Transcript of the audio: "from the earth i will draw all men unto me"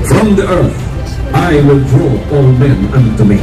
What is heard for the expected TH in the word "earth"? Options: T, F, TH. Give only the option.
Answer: TH